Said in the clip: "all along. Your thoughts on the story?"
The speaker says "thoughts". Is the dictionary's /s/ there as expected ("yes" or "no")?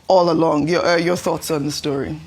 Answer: yes